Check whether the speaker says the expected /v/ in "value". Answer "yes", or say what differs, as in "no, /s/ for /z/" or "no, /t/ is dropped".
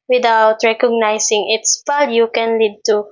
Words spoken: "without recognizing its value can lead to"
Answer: no, /p/ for /v/